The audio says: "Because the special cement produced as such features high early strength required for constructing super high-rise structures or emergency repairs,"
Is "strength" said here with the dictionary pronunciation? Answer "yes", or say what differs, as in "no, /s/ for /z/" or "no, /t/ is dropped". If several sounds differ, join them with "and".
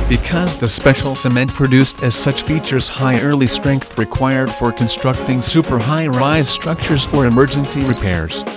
yes